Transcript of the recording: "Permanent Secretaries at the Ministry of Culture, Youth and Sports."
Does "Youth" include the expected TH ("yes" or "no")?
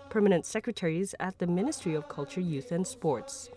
yes